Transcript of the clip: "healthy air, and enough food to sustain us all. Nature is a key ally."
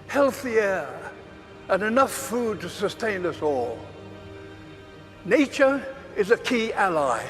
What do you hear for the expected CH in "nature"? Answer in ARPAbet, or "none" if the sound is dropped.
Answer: CH